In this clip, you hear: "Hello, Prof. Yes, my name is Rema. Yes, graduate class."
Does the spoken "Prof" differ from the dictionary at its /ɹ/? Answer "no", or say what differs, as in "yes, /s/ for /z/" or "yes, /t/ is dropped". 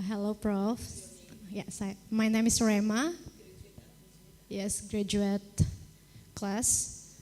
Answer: no